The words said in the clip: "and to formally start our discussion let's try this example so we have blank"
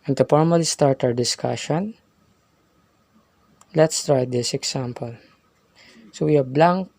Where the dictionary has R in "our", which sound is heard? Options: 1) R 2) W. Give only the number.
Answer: 2